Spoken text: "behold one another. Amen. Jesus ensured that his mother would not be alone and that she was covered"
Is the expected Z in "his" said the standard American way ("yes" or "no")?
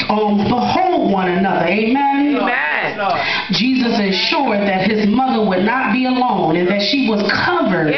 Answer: yes